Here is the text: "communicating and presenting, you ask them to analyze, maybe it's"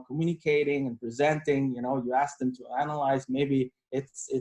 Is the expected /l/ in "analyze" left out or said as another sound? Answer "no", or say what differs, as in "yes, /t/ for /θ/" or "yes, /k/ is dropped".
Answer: no